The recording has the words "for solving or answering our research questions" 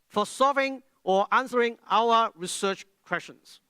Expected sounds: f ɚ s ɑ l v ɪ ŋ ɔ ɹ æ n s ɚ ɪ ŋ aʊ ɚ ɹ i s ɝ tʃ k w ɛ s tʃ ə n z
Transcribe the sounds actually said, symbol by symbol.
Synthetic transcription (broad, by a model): f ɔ s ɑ v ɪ ŋ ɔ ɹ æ n s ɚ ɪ ŋ aʊ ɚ ɹ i s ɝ tʃ k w ɛ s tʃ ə n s